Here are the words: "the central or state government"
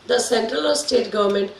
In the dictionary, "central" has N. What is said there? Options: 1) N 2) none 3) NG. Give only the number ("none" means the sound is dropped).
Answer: 1